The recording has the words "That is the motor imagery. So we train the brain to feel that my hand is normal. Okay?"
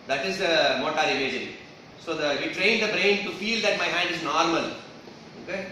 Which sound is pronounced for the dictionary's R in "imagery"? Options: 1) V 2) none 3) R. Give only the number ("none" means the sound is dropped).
2